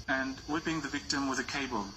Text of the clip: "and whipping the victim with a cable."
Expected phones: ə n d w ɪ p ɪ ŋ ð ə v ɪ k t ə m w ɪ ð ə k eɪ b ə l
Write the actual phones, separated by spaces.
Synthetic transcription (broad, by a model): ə n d w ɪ b ɪ ŋ ð ə v ɪ k t ə m w ɪ ð ə k eɪ b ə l